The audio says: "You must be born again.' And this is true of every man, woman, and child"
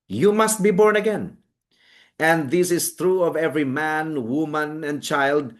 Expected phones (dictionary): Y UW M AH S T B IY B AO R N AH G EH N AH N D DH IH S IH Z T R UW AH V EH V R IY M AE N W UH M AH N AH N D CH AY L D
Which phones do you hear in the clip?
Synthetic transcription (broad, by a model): Y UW M AH S T B IY B AO R N AH G EH N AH N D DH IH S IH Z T R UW AH V EH V R IY M AE N W UH M AH N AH N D CH AY L D